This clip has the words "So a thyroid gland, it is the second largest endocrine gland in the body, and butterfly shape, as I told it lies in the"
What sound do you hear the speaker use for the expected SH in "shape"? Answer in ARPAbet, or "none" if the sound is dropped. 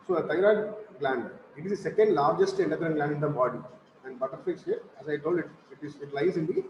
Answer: S